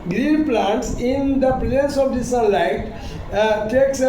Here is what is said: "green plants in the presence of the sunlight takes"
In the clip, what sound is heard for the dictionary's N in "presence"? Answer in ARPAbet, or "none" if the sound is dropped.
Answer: none